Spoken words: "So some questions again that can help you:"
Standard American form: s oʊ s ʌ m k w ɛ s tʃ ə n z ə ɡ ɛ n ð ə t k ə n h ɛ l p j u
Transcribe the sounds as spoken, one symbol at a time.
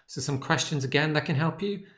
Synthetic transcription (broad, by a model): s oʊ s ʌ m k w ɛ s tʃ ə n z ə ɡ ɛ n ð ə t k ə n h ɛ l p j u